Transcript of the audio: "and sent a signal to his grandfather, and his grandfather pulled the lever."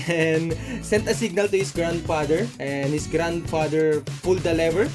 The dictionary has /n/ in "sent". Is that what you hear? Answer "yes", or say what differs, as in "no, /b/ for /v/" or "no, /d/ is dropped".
yes